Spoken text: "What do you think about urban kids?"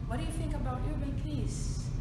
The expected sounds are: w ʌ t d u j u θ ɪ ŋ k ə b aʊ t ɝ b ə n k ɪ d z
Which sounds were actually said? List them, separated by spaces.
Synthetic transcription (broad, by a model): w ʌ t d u j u θ ɪ ŋ k ə b aʊ t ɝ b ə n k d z